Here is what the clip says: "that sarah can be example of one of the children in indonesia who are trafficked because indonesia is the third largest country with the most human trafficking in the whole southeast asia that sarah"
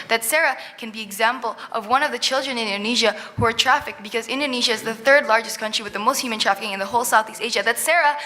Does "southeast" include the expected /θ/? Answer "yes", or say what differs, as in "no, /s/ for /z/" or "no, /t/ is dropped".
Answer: yes